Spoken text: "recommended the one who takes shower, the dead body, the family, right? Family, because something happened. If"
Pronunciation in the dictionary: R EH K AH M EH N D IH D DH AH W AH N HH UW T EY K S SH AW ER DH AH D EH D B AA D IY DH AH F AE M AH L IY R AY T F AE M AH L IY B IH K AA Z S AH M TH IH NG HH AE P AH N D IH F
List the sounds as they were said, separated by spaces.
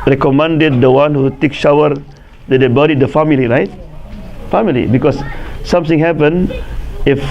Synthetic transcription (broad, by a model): R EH K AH M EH N D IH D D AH W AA N HH UW T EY K SH AW ER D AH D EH B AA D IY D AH F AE M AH L IY R AY T F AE M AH L IY B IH K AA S S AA M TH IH NG HH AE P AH N IH F